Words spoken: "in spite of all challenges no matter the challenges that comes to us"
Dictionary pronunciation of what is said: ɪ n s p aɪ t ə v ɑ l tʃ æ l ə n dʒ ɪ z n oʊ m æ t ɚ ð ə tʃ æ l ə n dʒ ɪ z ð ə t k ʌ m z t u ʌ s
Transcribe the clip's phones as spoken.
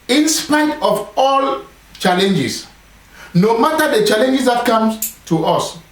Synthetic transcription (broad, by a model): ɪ n s p aɪ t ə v ɑ l tʃ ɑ l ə n dʒ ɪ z n oʊ m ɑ t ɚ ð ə tʃ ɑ l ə n dʒ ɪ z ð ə t k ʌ m s t u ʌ s